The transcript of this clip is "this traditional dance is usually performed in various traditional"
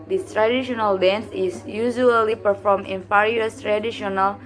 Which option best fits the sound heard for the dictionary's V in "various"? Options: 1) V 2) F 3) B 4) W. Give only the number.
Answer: 2